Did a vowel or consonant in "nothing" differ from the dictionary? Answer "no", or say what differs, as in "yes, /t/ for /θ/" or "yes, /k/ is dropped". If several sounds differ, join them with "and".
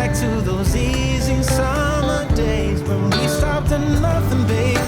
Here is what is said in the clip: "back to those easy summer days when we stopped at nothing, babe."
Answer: no